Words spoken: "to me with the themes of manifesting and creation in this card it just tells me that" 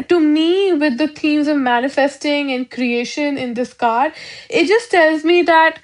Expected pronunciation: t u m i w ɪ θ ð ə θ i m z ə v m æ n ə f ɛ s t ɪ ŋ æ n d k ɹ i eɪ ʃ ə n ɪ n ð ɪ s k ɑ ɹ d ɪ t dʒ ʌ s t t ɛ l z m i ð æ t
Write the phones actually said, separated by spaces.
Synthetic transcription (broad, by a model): t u m i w ɪ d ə t i m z ə v m æ n ə f ɛ s t ɪ ŋ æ n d k ɹ i eɪ ʃ ə n ɪ n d ɪ s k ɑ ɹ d ɪ t dʒ ʌ s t t ɛ l z m i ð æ t